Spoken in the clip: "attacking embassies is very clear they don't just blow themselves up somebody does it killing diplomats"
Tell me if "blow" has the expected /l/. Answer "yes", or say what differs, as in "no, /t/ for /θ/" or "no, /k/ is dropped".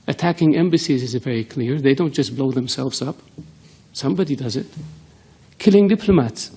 yes